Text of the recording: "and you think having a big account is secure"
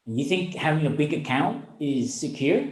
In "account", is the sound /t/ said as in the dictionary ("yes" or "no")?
yes